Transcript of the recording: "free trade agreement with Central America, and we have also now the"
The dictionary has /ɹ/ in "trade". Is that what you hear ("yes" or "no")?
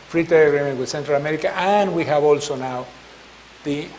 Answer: no